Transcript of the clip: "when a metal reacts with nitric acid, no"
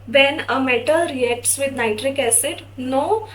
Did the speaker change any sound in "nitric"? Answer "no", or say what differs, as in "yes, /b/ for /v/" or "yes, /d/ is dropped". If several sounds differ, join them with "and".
no